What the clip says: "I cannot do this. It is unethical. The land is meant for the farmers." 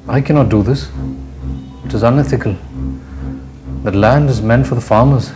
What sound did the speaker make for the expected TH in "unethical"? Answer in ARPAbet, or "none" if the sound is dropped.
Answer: TH